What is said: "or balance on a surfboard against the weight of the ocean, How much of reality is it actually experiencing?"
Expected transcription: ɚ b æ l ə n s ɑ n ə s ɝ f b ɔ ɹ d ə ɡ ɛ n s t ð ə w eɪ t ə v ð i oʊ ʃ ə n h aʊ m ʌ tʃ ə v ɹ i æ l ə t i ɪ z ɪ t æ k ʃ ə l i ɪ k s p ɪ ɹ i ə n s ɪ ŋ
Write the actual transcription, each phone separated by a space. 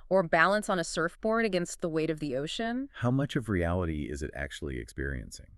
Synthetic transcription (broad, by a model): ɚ b æ l ə n s n ə s ɝ f b ɔ ɹ d ə ɡ ɛ n s t ð ə w eɪ t ə v ð i oʊ ʃ ə n h aʊ m ʌ tʃ ə v ɹ i æ l ə t i ɪ z ɪ t æ k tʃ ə l i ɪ k s p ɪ ɹ i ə n s ɪ ŋ